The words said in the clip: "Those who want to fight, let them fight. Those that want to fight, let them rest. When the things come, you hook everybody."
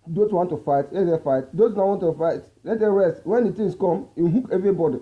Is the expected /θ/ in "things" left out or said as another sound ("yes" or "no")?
yes